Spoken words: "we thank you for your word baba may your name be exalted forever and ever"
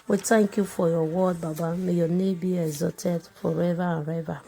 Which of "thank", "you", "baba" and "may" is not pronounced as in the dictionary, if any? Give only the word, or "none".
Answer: thank